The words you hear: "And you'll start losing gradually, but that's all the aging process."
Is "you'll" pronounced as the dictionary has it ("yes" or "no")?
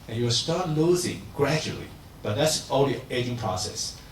no